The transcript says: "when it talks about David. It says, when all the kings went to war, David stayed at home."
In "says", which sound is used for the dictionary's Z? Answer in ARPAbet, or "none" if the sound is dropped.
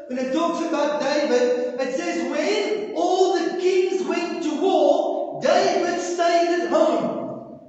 Z